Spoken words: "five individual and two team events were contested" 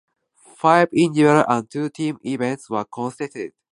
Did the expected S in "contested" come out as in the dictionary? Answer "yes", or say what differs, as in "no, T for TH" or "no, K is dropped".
no, S is dropped